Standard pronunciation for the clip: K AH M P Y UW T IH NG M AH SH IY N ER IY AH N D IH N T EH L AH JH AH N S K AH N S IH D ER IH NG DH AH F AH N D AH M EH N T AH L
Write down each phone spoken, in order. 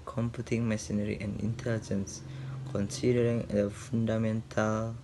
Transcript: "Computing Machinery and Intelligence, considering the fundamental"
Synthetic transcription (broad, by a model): K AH M P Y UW T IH NG M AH S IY N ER IY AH N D IH N T EH L AH JH AH N S K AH N S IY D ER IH NG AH F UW N D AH M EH N T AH L